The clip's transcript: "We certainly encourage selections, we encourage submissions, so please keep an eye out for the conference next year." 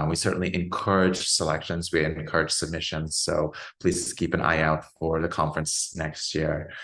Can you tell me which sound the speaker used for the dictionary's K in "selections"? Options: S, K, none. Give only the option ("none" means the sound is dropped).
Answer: K